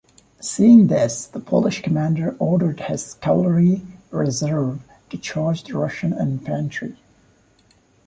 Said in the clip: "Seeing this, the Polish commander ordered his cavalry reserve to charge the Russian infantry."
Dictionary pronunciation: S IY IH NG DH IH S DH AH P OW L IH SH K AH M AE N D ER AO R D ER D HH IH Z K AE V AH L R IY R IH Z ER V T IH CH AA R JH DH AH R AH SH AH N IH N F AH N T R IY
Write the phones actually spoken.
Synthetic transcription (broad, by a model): S IY IH NG DH IH S DH AH P OW L IH SH K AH M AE N D ER AO R D ER D HH IH Z K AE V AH R IY R IH Z ER V T IH CH AA R JH DH AH R AH SH AH N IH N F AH N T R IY